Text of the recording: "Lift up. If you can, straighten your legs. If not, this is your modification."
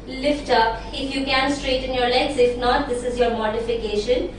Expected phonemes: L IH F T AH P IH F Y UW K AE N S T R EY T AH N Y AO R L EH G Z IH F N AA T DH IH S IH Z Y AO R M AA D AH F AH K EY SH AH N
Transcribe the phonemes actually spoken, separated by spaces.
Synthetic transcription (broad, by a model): L IH F T AH P IH F Y UW K AE N S T R EY T AH N Y AO R L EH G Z IH F N AA T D IH S IH Z Y AO R M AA D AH F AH K EY SH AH N